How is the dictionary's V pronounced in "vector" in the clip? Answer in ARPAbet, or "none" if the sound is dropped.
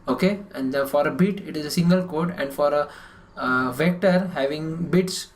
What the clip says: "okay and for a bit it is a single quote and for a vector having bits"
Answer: V